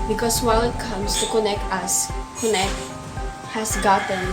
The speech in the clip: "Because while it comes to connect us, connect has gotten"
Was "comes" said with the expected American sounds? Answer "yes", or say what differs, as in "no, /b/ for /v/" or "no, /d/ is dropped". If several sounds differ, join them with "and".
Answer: no, /s/ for /z/